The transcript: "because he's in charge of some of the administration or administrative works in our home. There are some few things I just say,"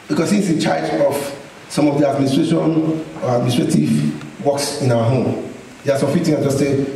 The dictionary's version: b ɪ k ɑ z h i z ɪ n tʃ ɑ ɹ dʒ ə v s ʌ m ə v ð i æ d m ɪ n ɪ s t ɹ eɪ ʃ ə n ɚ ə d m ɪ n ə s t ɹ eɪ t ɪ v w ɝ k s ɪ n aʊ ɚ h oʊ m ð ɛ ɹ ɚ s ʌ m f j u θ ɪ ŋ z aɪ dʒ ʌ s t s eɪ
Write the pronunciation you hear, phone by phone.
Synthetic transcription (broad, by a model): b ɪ k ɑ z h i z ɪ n tʃ ɑ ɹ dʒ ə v s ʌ m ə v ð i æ d m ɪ n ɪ s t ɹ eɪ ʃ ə n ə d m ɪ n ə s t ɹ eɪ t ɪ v w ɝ k s ɪ n aʊ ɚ h oʊ m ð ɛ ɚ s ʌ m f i t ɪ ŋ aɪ dʒ ʌ s t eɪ